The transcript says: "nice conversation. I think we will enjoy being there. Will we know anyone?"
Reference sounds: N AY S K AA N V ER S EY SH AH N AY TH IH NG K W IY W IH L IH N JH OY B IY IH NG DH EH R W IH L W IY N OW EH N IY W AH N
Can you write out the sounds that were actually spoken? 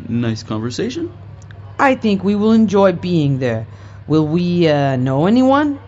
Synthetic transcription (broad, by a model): N AY S K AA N V ER S EY SH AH N AY TH IH NG K W IY W IH L IH N JH OY B IY IH NG DH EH R W IH L W IY N OW EH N IY W AH N